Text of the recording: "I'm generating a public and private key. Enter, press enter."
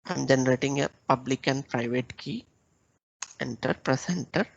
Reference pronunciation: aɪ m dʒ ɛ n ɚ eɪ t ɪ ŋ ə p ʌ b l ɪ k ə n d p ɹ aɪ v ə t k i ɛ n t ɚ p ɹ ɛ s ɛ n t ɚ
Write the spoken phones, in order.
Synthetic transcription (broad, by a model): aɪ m dʒ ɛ n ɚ eɪ t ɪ ŋ ə p ʌ b l ɪ k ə n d p ɹ aɪ v ə t k i ɛ n t ɚ p ɹ ɛ s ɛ n t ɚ